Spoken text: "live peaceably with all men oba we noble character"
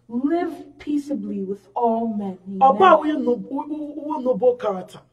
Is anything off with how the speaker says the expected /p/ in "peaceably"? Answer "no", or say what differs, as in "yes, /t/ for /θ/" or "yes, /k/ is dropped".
no